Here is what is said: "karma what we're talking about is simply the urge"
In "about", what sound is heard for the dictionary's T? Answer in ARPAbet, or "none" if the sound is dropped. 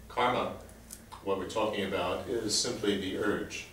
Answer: T